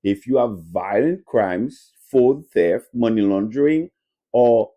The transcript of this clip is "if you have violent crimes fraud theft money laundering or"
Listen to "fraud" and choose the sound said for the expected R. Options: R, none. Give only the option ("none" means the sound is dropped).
none